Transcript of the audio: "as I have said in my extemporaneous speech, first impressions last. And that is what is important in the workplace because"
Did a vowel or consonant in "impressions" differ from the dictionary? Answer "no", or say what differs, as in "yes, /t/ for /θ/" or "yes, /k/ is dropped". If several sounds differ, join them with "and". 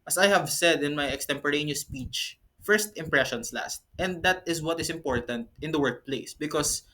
yes, /s/ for /z/